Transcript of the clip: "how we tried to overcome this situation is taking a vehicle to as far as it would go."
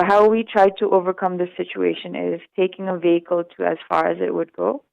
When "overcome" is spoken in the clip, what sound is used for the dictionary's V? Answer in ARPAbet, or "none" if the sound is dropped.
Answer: V